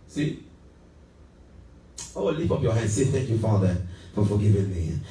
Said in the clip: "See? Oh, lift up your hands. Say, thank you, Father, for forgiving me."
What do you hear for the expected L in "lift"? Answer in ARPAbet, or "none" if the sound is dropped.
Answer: W